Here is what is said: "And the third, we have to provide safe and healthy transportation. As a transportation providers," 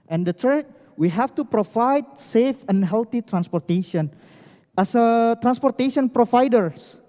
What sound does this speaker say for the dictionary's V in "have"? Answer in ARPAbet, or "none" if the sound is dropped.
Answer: F